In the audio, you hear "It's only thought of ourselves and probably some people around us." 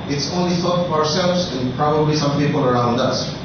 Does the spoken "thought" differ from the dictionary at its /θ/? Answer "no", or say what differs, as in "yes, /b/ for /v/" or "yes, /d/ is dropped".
yes, /f/ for /θ/